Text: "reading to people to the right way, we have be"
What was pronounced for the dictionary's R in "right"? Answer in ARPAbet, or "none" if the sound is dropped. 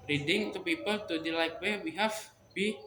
L